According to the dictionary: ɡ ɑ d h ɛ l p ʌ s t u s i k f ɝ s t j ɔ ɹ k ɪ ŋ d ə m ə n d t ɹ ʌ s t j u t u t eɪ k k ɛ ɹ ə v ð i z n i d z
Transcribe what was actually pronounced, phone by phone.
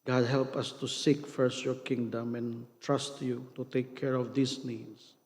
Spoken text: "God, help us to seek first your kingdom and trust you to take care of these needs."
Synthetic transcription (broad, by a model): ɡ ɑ d h ɛ l p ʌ s t u s i k f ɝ s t j ɔ ɹ k ɪ ŋ d ə m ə n t ɹ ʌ s t j u t u t eɪ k k ɛ ɹ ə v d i s n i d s